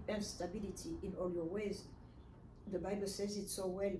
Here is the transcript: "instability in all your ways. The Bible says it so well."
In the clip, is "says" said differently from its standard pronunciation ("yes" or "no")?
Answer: no